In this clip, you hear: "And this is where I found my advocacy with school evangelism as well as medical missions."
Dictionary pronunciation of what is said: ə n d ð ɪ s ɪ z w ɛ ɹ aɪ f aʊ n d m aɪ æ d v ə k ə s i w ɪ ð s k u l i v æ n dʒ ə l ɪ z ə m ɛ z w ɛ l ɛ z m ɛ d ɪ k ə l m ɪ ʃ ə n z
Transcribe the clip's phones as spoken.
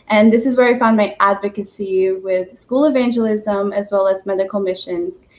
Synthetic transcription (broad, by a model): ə n ð ɪ s ɪ z w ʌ ɹ aɪ f aʊ n m aɪ æ d v ə k ə s i w ɪ ð s k u l i v æ n dʒ ə l ɪ z ə m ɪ z w ɛ l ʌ z m ɛ d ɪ k l m ɪ ʃ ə n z